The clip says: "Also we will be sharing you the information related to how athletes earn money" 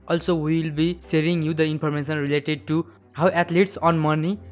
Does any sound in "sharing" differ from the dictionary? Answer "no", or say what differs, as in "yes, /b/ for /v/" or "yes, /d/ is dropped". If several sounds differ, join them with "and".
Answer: yes, /s/ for /ʃ/